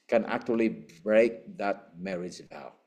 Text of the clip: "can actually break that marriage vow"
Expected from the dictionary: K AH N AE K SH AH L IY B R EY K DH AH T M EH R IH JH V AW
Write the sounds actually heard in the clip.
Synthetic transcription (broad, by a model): K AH N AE K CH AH L IY B R EY K DH AH T M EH R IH Z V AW